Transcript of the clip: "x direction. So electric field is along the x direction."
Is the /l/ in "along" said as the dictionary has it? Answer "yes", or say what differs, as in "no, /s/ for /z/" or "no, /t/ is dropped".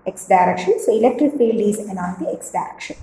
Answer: no, /n/ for /l/